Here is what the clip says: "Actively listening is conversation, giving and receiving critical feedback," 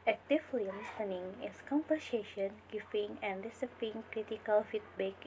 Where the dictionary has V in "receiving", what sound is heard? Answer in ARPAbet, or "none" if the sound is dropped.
P